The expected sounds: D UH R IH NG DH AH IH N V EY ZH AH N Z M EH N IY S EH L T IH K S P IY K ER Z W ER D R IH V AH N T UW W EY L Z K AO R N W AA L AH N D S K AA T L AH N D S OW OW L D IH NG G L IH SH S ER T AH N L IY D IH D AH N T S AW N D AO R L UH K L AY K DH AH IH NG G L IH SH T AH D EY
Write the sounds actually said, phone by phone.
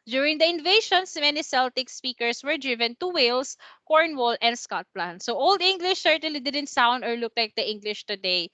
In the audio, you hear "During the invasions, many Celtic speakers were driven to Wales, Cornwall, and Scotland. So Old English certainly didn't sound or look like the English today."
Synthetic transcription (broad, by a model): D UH R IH NG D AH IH N V EY SH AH N S M EH N IY S EH L T IH K S P IY K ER S W ER D R IH V AH N T UW W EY L S K AO R N W AA L AH N D S K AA T L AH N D S OW OW L D IH NG G L IH SH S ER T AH L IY D IH D AH N T S AW N D AO R L UH K L AY K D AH IH NG G L IH SH T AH D EY